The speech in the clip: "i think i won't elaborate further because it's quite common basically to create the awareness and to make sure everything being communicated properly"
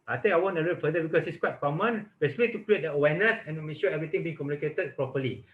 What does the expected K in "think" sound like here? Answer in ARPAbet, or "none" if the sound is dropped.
none